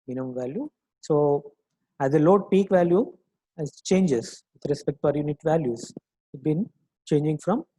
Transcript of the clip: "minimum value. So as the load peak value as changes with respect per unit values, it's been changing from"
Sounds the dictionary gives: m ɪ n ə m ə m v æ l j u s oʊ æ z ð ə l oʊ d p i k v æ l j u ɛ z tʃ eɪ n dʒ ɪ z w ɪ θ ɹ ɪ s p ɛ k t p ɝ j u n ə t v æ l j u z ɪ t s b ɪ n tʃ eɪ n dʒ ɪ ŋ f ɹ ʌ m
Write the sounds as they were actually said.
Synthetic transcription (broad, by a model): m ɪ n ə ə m v æ l j u s oʊ æ z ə l oʊ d p i k v æ l j u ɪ s tʃ eɪ n dʒ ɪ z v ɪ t ɹ ɪ s p ɛ k t f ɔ j u n ə t v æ l j u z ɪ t b ɪ n tʃ eɪ n dʒ ɪ ŋ f ɹ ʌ m